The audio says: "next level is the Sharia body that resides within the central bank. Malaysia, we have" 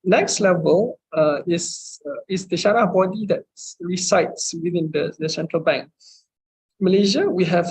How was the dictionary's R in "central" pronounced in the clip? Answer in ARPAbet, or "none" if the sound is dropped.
R